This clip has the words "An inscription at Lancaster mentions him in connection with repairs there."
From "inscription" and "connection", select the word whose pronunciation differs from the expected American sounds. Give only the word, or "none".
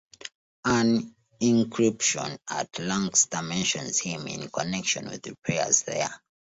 inscription